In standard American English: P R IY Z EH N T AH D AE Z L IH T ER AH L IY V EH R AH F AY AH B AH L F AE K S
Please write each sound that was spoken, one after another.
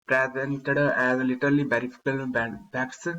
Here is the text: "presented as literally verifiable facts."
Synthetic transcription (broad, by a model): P R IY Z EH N T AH D AE Z L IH T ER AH L IY B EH R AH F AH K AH L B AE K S